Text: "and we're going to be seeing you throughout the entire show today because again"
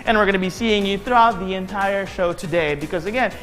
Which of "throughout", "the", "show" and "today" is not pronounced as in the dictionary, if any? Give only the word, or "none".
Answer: none